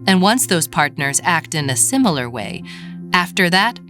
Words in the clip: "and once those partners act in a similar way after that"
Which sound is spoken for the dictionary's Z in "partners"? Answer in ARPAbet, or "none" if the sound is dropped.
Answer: Z